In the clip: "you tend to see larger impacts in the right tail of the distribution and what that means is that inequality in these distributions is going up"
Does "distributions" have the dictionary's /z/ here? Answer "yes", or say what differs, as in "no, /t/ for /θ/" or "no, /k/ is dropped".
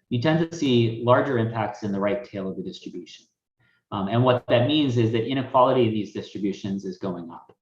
yes